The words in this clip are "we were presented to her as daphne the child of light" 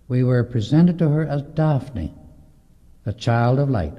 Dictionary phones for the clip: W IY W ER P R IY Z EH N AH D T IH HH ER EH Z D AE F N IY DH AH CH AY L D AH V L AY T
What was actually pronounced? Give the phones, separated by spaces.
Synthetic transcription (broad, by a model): W IY W ER P R IY Z EH N AH D T IH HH ER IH Z D AE F N IY DH AH CH AY L D AH V L AY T